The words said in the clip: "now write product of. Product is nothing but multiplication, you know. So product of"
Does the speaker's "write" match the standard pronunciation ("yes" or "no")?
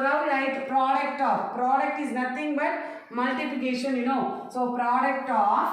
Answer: no